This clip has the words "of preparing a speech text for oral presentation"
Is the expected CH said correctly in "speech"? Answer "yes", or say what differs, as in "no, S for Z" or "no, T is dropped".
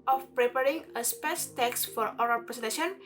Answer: no, S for CH